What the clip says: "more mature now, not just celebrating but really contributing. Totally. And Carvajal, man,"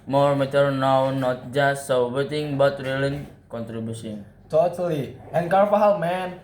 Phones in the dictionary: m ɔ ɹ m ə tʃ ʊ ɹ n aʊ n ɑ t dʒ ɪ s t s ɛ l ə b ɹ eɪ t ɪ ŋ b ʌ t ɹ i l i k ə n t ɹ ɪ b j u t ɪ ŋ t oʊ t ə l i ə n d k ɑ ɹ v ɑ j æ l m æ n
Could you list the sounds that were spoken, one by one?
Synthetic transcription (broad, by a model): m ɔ ɹ m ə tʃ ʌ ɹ n aʊ n ɑ t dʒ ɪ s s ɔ w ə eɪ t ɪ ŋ b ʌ t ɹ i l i k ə n t ɹ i b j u s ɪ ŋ t oʊ t ə l i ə n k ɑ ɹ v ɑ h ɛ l m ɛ n